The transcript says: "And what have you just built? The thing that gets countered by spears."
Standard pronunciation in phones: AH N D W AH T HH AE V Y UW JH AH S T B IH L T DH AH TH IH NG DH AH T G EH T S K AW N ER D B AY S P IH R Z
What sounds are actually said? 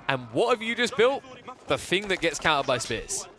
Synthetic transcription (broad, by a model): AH N W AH T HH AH V Y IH JH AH S B IH L T DH AH TH IH NG DH AH T G EH T S K AW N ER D B AY S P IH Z